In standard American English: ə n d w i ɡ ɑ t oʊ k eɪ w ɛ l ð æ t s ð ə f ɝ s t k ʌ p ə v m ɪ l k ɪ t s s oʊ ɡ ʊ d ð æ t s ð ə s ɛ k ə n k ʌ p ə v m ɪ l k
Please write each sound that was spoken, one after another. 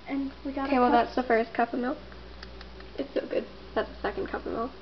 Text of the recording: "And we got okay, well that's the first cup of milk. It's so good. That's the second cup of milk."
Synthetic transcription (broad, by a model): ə n w i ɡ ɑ oʊ k eɪ w ɛ l ð æ t s ð ə f ɝ s k ʌ p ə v m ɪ l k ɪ t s s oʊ ɡ ʊ d ð æ t s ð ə s ɛ k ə n k ʌ p ə v m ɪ l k